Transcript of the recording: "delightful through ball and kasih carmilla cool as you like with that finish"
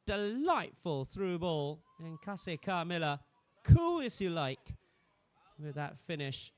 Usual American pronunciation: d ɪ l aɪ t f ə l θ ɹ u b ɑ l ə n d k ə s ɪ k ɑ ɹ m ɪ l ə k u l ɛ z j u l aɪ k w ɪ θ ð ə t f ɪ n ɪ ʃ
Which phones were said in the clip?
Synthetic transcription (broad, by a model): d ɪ l aɪ t f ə l θ ɹ u b ɑ l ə n k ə s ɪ k ɑ ɹ m ɪ l ə k u l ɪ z j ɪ l aɪ k w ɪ ð ə t f ɪ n ɪ ʃ